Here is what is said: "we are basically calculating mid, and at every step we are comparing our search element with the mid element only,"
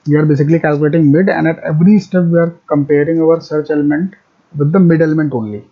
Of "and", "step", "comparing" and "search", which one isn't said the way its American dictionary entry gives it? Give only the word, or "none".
none